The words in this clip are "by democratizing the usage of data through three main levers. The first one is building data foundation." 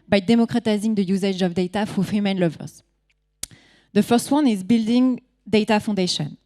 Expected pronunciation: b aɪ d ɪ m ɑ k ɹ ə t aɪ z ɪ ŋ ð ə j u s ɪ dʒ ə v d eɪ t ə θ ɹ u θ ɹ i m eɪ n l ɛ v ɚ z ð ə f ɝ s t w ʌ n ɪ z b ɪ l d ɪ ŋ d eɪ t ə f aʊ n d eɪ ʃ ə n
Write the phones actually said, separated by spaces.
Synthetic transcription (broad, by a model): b aɪ d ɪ m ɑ k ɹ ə t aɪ z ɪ ŋ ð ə j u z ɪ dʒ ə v d eɪ t ə f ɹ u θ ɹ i m eɪ n l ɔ v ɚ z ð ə f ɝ s t w ʌ n ɪ z b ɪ l d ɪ ŋ d eɪ t ə f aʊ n d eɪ ʃ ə n